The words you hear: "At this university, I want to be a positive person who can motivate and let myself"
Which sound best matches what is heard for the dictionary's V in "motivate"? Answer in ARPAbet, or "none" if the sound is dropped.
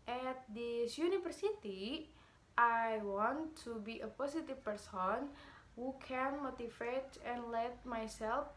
F